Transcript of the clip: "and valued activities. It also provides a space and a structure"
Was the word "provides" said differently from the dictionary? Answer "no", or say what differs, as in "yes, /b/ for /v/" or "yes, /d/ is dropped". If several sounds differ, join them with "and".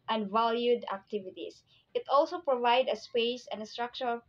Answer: yes, /z/ is dropped